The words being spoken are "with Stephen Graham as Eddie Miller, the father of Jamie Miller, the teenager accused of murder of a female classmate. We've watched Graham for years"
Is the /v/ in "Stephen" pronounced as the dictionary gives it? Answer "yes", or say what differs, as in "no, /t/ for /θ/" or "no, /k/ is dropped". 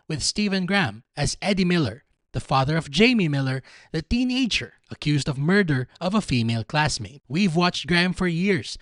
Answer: yes